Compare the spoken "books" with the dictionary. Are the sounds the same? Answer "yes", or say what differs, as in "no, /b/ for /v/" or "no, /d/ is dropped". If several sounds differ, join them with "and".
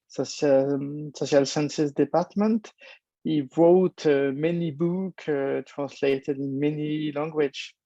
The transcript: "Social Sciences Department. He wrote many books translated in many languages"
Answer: no, /s/ is dropped